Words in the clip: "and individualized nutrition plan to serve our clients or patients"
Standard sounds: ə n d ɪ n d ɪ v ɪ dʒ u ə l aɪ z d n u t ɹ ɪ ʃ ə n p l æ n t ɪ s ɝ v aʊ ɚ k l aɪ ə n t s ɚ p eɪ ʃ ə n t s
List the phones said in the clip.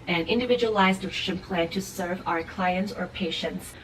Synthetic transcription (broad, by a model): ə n ɪ n d ɪ v ɪ dʒ u ə l aɪ z d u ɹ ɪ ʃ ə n p l æ n t ɪ s ɝ v aʊ ɚ k l aɪ ə n t s ɚ p eɪ ʃ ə n t s